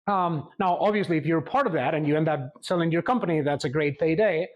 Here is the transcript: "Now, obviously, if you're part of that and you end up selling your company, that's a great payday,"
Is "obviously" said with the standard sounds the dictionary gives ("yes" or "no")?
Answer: yes